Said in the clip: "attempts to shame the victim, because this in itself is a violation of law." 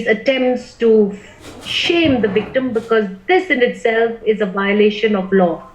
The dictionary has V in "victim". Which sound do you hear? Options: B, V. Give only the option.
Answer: V